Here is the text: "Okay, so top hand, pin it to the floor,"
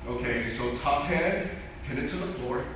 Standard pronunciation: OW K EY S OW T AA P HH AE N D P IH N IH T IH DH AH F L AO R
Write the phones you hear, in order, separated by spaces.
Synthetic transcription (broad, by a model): OW K EY S OW T AA P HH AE D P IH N IH T IH DH AH F L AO R